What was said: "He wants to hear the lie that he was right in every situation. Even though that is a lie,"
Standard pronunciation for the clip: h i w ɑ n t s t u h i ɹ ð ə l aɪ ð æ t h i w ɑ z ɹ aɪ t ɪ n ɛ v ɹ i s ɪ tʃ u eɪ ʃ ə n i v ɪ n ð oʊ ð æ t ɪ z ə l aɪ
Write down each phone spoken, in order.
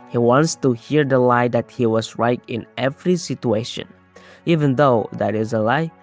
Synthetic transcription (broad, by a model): h i w ɑ n t s t u h i ɹ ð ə l aɪ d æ t h i w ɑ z ɹ aɪ t ɪ n ɛ v ɹ i s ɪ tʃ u eɪ ʃ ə n i v ɪ n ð oʊ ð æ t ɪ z ə l aɪ